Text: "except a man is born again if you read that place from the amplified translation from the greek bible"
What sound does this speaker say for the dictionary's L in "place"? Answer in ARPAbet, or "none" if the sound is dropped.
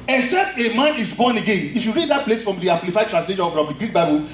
L